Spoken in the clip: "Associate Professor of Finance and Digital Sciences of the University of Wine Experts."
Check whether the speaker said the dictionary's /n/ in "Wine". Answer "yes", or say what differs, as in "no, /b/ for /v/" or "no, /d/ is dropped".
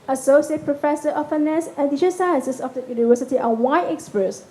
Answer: no, /n/ is dropped